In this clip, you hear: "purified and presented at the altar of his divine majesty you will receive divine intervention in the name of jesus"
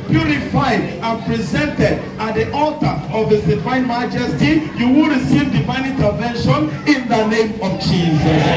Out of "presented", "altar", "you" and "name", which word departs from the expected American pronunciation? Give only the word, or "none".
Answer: none